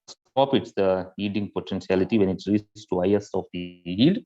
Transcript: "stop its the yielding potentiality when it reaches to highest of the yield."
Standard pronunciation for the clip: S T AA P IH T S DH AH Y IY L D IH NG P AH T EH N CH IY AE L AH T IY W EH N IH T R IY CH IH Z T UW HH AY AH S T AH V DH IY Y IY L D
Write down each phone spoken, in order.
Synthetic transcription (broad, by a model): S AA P IH T S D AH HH IY D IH NG P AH T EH N S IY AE L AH T IY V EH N IH T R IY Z T UW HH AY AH S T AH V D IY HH IY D